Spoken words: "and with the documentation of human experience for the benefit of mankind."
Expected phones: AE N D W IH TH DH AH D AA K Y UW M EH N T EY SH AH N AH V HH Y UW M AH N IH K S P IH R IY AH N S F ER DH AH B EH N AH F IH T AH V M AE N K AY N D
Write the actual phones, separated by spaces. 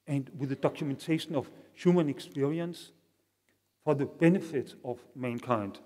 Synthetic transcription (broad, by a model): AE N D W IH DH AH D AA K Y UW M EH N T EY SH AH N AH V HH Y UW M AH N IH K S P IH R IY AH N S F ER DH AH B EH N AH F IH T AH V M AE N K AY N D